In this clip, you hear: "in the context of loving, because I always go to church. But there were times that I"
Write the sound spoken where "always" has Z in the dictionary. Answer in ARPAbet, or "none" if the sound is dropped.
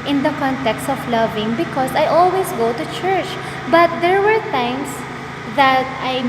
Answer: S